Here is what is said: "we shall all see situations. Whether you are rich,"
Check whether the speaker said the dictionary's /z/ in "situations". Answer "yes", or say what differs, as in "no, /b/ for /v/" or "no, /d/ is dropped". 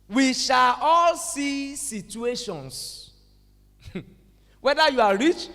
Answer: no, /s/ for /z/